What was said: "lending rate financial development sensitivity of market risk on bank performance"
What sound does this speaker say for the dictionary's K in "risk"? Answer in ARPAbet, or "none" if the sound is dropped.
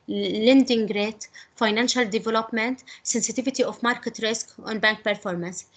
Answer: K